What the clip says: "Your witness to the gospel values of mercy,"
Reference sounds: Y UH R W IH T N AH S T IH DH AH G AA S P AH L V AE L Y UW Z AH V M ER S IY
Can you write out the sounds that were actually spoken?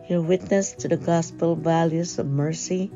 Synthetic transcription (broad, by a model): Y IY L W IH T N AH S T IH DH AH G AA S P L V AE L Y UW Z AH V M ER S IY